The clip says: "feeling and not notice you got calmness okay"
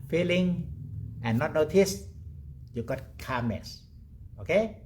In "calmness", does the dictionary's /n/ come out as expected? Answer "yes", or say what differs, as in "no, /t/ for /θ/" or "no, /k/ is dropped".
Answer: no, /n/ is dropped